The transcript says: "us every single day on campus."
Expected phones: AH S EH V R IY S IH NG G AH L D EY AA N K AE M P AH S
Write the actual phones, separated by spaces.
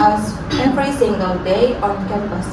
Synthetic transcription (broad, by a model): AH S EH P R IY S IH NG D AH D EY AA N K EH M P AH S